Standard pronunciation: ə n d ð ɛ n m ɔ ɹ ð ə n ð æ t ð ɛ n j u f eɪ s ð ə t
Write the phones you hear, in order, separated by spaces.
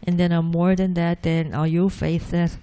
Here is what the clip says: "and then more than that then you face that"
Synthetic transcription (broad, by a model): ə n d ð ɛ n m ɔ ɹ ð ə n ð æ t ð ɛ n j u f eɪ θ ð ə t